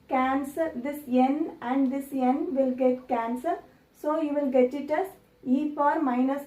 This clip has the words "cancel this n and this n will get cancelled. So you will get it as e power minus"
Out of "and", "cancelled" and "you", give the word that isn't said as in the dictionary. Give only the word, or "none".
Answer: cancelled